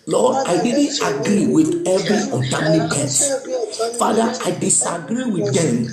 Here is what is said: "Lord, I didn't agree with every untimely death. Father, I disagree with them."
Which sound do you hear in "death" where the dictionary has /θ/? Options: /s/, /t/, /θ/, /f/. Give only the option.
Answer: /s/